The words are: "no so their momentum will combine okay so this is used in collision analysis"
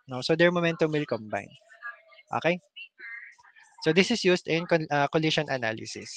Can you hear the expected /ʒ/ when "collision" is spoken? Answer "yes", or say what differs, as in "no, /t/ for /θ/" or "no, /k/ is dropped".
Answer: no, /ʃ/ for /ʒ/